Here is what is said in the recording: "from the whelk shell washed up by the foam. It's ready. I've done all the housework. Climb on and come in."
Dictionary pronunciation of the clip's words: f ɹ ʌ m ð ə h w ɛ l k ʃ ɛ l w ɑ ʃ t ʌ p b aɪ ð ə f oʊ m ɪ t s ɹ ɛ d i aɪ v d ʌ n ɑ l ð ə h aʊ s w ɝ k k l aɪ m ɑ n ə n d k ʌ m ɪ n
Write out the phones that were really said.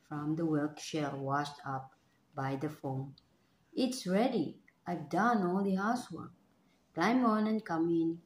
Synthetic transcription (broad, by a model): f ɹ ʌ m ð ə w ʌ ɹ k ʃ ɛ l w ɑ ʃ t ʌ p b aɪ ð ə f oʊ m ɪ t s ɹ ɛ d i aɪ v d ʌ n ɑ l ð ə h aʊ s w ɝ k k aɪ m ɑ n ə n k ʌ m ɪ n